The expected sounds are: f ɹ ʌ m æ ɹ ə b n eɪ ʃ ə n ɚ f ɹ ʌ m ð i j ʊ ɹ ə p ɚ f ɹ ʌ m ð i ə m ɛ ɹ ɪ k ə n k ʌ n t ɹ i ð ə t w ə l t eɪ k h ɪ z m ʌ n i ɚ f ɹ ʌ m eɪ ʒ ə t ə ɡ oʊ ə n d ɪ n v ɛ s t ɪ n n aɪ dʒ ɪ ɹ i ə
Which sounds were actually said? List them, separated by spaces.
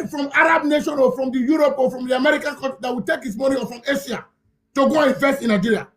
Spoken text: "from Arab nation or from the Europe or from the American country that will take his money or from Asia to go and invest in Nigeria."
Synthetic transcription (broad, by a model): f ɹ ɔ m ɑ ɹ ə b n eɪ ʃ ə n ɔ f ɹ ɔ m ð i j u ɹ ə p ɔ f ɹ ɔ m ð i ə m ɛ ɹ ɪ k ə n k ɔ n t i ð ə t w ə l t eɪ k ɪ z m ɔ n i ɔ f ɹ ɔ m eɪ ʃ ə t ə ɡ oʊ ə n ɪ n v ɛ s t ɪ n n aɪ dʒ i ɹ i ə